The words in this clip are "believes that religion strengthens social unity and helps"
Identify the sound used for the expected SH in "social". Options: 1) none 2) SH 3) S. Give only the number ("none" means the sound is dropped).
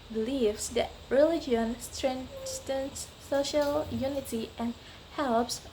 2